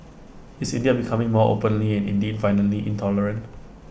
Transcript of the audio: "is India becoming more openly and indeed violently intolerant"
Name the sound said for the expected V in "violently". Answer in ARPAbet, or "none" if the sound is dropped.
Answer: F